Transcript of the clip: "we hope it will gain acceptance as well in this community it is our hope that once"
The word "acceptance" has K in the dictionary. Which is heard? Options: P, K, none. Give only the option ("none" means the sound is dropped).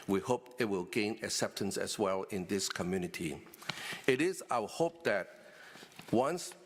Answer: K